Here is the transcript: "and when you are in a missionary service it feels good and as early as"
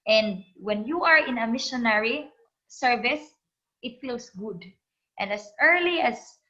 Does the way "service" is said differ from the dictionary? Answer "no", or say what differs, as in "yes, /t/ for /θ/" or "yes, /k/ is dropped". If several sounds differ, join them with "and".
no